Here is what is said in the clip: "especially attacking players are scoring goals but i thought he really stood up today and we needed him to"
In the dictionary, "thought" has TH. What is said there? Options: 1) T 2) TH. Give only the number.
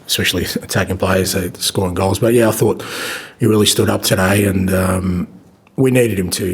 2